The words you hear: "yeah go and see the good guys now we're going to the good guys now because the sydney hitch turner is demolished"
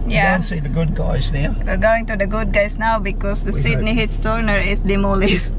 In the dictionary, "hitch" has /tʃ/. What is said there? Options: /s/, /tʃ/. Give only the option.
/s/